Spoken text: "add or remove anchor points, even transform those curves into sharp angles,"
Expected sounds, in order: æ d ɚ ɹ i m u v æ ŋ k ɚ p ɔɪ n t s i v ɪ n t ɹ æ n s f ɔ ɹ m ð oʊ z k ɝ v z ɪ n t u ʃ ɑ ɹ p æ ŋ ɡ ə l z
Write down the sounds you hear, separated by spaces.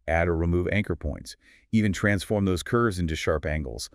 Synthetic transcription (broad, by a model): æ d ɚ ɹ i m u v æ ŋ k ɚ p ɔɪ n t s i v ɪ n t ɹ æ n s f ɔ ɹ m ð oʊ z k ɝ v z ɪ n t u ʃ ɑ ɹ p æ ŋ ɡ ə l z